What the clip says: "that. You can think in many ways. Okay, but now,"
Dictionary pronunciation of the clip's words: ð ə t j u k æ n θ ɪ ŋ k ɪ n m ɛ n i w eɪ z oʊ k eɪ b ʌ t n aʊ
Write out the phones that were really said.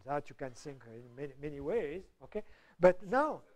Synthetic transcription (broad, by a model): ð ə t j u k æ n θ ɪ ŋ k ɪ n m ɛ n i w eɪ z oʊ k eɪ b ʌ t n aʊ